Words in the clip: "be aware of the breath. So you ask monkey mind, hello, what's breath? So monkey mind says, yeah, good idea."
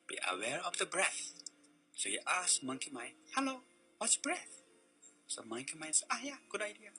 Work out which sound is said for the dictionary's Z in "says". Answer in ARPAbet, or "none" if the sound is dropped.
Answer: none